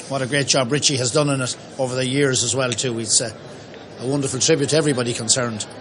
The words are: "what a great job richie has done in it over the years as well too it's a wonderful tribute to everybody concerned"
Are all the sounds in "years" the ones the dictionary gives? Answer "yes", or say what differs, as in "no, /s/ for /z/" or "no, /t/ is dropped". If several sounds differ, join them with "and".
yes